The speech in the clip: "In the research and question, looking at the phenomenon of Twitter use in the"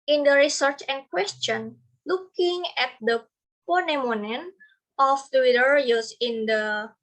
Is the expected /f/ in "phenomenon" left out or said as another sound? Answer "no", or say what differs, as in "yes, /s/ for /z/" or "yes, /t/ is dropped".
yes, /p/ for /f/